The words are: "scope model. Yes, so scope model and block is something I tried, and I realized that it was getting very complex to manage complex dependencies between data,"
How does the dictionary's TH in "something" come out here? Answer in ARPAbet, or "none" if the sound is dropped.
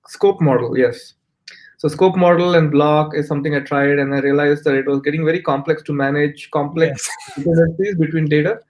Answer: T